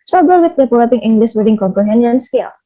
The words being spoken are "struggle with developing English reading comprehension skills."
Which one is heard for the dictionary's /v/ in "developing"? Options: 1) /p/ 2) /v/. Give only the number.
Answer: 1